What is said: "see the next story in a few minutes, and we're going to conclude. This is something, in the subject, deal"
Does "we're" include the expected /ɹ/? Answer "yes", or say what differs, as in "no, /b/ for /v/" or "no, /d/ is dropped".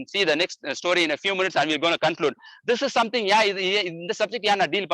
no, /l/ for /ɹ/